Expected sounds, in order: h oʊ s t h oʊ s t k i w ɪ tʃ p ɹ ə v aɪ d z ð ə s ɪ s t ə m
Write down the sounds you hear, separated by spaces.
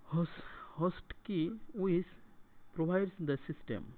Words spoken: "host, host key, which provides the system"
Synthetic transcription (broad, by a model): h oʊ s h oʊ s t k i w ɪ s p ɹ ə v aɪ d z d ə s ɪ s t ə m